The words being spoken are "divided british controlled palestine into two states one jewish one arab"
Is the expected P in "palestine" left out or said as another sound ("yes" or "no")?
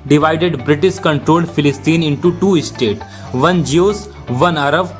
yes